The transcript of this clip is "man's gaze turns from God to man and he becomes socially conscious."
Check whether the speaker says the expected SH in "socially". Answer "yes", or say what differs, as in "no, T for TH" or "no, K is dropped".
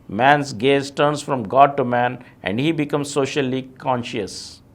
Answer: yes